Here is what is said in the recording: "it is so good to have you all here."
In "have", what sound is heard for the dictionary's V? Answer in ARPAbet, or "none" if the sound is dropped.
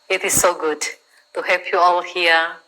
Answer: P